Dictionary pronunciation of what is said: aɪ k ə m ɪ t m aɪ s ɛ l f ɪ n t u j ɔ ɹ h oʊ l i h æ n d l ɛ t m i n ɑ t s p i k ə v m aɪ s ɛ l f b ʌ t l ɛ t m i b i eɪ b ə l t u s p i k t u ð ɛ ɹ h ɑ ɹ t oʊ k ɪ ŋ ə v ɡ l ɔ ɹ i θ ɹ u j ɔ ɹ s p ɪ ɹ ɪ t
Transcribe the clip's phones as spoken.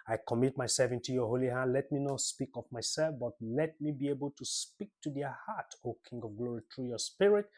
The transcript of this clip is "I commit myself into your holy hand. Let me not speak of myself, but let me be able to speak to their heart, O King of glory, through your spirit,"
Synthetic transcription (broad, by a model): aɪ k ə m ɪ t m aɪ s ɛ l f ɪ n t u j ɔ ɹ h oʊ l i h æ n d l ɛ t m i n ɑ t s p i k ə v m aɪ s ɛ l f b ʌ t l ɛ t m i b i eɪ b ə l t u s p i k t u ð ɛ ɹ h ɑ t oʊ k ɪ ŋ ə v ɡ l ɔ ɹ i t ɹ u j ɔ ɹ s p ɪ ɹ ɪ t